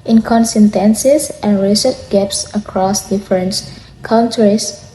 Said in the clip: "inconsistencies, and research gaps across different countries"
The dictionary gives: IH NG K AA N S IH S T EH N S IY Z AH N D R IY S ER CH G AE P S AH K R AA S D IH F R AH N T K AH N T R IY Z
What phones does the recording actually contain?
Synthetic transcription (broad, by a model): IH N K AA N S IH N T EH N S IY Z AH N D R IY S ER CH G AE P S AH K R AA S D IH F R AH N T K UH N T R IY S